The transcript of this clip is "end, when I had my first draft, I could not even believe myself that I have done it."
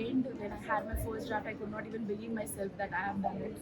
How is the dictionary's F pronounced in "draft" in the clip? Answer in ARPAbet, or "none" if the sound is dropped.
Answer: none